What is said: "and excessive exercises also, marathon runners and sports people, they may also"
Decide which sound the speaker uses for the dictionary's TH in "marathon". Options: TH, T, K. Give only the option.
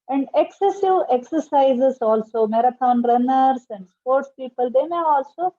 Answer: T